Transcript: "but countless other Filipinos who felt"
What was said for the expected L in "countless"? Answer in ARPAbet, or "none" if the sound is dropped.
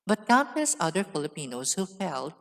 none